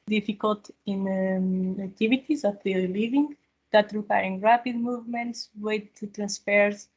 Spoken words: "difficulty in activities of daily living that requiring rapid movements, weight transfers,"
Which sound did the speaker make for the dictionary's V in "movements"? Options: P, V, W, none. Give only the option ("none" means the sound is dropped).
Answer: V